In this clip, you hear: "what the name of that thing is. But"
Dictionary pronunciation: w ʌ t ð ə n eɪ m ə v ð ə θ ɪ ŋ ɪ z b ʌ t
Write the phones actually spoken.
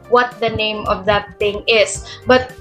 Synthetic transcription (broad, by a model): w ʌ t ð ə n eɪ m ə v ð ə t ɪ ŋ ɪ s b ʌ t